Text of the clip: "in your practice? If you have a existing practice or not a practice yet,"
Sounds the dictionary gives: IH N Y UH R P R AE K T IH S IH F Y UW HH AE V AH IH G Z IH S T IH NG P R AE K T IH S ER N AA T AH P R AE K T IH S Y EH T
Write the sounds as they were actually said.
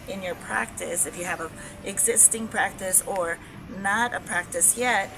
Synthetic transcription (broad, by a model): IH N Y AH R P R AE K T IH S IH F Y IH V AH IH G Z IH S T IH NG P R AE K T IH S ER N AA T AH P R AE K T IH S Y EH T